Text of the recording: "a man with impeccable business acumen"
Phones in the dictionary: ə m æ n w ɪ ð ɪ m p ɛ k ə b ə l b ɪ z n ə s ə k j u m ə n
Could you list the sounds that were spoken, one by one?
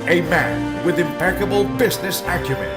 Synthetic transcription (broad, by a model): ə m æ n w ɪ ð ɪ m p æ k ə b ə l b ɪ z n ə s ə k j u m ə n